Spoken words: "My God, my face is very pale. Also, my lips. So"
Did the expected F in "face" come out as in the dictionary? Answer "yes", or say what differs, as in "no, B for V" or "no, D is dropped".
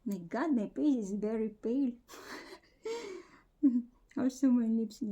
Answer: no, P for F